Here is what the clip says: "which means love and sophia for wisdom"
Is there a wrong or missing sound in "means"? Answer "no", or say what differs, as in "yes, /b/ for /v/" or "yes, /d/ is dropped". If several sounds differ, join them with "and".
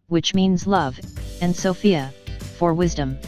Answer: no